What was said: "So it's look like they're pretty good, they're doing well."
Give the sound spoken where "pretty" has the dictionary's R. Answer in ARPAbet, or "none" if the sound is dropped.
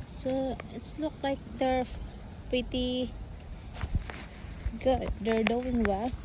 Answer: none